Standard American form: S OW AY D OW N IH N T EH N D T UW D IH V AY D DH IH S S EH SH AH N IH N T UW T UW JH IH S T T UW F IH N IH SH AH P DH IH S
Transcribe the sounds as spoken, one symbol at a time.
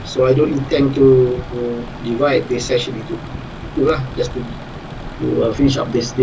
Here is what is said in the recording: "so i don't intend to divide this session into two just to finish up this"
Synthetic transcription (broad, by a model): S OW AY D OW N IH N T EH N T T UW D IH V AY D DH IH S S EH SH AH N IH T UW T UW JH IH S T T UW F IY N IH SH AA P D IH S